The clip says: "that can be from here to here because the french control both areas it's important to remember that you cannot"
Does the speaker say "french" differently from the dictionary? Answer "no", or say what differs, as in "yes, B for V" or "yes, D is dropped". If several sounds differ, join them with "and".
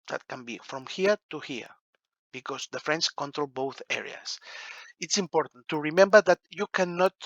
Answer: yes, S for CH